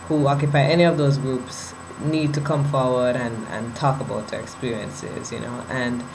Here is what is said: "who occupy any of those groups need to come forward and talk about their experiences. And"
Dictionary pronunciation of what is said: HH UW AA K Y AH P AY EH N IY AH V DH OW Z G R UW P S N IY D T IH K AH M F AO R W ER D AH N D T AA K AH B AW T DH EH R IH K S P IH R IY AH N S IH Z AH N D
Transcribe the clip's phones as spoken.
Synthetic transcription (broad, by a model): HH UW AA K Y AH P AY EH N IY AH V DH OW Z G R UW P S N IY D T IH K AH M F AO R W ER D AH N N T AA K AH B AW T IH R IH K S P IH R IY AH N S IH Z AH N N